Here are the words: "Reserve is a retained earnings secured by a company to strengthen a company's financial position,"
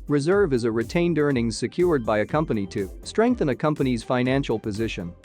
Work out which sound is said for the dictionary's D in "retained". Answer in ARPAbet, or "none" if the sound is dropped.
D